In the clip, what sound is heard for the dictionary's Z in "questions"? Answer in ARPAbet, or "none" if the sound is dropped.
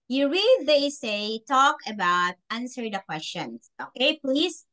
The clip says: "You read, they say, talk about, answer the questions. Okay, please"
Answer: S